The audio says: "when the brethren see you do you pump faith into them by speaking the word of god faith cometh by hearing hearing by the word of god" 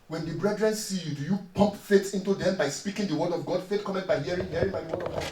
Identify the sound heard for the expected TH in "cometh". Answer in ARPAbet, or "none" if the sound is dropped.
T